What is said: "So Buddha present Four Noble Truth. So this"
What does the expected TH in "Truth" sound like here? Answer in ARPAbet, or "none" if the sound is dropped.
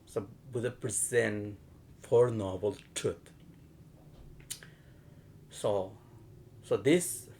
S